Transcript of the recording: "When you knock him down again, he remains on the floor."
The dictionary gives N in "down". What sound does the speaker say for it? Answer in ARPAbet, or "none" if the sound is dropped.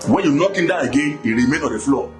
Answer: none